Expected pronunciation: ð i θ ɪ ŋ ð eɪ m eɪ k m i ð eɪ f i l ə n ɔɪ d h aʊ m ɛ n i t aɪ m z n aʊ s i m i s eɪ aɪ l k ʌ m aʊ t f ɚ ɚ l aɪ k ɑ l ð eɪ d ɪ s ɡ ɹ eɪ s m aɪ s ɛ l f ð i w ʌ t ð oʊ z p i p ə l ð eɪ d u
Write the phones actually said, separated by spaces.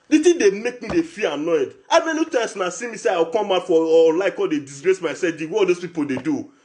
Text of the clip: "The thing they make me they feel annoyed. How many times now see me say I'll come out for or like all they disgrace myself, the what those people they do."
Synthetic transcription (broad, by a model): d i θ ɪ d eɪ m eɪ k m i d eɪ f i ə n ɔɪ d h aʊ m ɛ n i t aɪ m s n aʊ s i m i s eɪ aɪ w k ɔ m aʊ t f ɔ l aɪ k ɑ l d eɪ d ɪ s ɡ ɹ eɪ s m aɪ s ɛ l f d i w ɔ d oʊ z p i p ə l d eɪ d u